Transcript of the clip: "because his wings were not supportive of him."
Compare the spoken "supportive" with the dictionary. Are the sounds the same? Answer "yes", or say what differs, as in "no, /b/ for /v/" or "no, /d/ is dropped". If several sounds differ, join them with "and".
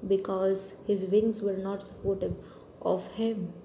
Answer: no, /b/ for /v/